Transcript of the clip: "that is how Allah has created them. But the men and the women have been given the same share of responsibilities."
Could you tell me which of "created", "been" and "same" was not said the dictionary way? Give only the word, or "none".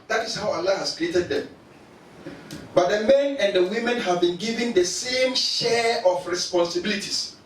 none